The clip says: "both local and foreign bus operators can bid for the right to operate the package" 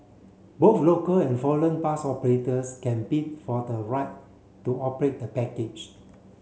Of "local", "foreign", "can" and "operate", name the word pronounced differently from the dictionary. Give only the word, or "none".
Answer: foreign